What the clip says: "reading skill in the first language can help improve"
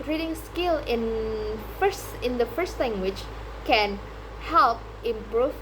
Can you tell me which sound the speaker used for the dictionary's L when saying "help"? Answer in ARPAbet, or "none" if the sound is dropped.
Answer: L